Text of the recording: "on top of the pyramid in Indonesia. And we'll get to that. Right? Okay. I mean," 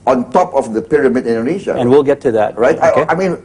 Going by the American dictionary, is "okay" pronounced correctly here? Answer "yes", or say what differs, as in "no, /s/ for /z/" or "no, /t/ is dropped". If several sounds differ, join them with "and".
no, /k/ is dropped